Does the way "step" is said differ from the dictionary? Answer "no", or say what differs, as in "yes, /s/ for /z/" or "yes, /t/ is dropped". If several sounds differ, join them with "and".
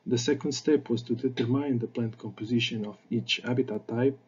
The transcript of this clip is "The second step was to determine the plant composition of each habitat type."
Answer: no